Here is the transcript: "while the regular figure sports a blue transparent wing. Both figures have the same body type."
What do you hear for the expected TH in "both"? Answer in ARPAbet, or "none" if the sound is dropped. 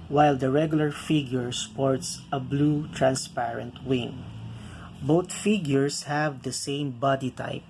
T